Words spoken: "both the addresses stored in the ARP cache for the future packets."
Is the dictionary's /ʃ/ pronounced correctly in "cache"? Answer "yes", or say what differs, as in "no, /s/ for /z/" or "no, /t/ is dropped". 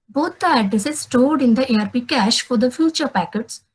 yes